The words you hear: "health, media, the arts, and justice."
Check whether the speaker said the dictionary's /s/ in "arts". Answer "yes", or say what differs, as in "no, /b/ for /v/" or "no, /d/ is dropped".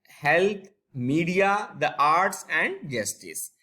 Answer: yes